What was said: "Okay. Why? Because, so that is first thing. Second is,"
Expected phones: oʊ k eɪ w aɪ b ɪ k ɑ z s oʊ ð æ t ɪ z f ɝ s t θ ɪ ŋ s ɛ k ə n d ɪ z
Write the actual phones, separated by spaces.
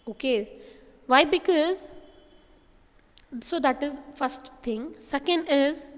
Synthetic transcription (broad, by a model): oʊ k eɪ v aɪ b ɪ k ɑ z s oʊ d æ t ɪ z f ɝ s t t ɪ ŋ s ɛ k ə n d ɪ z